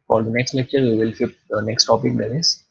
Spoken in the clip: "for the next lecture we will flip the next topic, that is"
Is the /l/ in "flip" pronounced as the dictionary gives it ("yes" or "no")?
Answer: no